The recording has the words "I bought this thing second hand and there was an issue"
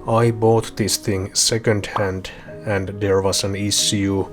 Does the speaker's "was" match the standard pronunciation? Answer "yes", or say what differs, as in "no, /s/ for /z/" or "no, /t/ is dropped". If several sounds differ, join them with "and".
no, /s/ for /z/